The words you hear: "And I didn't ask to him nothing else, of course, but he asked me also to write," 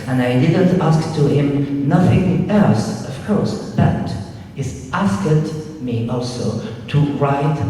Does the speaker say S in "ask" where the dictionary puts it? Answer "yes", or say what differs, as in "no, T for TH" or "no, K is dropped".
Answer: yes